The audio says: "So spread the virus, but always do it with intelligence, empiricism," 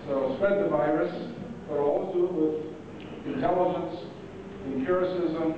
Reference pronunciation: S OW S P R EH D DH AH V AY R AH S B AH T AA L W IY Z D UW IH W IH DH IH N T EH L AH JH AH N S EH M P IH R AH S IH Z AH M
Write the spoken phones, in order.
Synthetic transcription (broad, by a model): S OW S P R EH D DH AH V AY R AH S B AH T AA L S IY IH W IH DH IH N T EH L AH JH AH N S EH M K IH R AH S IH Z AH M